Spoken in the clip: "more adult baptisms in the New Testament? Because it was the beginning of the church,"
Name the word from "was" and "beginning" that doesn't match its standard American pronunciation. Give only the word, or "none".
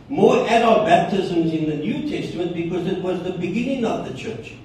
none